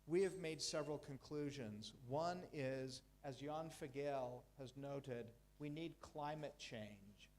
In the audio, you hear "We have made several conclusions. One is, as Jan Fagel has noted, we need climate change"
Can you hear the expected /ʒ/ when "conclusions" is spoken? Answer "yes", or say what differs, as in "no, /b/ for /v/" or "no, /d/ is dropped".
yes